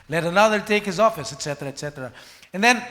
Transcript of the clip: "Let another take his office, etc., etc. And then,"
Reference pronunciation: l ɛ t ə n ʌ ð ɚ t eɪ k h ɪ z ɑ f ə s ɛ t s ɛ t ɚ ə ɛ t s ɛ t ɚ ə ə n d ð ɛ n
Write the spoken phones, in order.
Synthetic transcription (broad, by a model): l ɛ t ə n ʌ ð ɚ t eɪ k h ɪ z ɑ f ə s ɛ t s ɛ t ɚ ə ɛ t s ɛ t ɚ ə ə n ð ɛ n